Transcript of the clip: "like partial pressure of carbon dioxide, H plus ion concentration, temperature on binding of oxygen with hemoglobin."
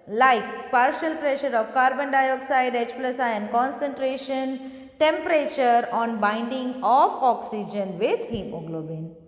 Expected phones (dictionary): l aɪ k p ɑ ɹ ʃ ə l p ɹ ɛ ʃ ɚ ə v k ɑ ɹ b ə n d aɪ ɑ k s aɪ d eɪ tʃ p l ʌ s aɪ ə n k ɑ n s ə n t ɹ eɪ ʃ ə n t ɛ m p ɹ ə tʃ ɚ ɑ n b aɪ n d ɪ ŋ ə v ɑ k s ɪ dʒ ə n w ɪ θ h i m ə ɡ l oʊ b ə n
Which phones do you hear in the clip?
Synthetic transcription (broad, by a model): l aɪ k p ɑ ɹ ʃ ə l p ɹ ɛ ʃ ɚ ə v k ɑ ɹ b ə n d aɪ ɑ k s aɪ d eɪ tʃ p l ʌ s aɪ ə n k ɑ n s ə n t ɹ eɪ ʃ ə n t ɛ m p ɹ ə tʃ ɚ ɑ n b aɪ n d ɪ ŋ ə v ɑ k s ɪ dʒ ə n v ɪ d h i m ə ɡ l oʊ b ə n